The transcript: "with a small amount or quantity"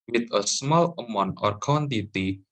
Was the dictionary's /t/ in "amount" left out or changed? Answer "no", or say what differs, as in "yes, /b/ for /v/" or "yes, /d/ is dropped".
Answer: yes, /t/ is dropped